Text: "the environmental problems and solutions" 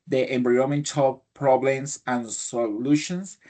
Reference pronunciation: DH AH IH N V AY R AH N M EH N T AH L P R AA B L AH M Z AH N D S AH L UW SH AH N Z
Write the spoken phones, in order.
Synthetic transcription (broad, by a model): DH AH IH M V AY AH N M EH N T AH L P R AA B L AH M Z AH N S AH L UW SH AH N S